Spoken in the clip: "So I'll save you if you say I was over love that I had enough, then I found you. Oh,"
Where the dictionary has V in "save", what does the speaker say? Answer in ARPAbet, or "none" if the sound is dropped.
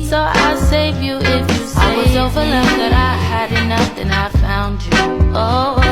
V